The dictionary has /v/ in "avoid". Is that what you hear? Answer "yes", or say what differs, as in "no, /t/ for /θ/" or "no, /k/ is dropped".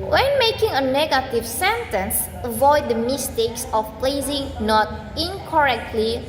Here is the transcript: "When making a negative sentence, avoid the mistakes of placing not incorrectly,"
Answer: yes